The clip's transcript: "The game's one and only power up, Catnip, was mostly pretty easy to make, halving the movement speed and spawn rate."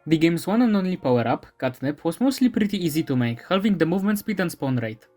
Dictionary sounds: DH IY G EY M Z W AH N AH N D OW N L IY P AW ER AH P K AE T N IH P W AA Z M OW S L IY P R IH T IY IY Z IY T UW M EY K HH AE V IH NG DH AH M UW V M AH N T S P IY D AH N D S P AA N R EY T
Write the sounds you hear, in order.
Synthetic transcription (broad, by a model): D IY G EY M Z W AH N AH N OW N L IY P AW ER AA P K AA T N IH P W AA S M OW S L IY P R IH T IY IY Z IY T UW M EY K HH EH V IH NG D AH M UW V M AH N T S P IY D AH N S P AA N R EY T